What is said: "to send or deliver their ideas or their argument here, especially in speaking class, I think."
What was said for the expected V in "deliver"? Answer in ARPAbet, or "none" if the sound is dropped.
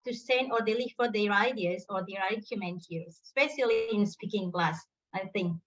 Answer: F